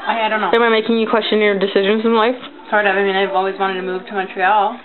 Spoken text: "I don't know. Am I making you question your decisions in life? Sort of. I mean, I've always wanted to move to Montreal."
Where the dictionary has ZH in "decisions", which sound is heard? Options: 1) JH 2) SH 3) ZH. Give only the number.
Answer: 3